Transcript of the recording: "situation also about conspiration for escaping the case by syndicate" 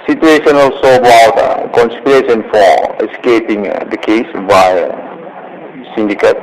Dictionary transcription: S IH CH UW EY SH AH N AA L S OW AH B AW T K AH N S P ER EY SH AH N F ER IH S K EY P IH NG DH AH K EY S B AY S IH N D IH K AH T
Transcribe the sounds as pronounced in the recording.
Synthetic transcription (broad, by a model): S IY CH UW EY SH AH N AA L S OW AH B AW T K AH N S P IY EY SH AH N F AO IH S K EY P IH NG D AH K EY S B AY S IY N D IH K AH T